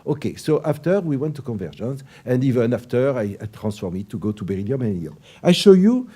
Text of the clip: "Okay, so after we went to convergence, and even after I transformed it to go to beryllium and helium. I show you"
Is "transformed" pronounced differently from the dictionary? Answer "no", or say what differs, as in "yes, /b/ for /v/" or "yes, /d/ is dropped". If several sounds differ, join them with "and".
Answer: yes, /d/ is dropped